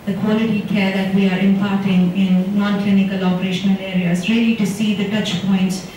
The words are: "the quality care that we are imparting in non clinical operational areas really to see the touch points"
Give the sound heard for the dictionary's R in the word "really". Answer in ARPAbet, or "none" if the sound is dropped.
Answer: R